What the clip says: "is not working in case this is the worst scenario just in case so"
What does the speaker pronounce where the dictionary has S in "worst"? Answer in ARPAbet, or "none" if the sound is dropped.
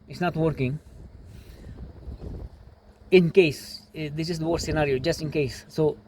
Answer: none